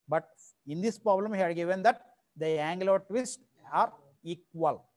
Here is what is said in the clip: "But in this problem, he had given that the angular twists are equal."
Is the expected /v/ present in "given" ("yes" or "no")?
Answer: yes